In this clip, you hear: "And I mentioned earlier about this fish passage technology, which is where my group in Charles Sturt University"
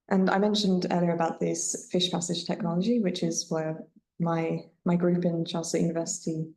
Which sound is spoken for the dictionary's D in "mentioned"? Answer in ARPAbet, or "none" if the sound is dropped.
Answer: D